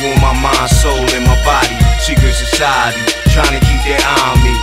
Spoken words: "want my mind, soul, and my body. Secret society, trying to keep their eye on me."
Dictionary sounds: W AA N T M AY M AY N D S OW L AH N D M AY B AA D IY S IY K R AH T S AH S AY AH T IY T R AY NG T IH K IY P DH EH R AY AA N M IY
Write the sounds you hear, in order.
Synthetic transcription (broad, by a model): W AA M AY M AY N S OW L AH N M AY B AA D IY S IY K AH S AH S AY AH T IY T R AY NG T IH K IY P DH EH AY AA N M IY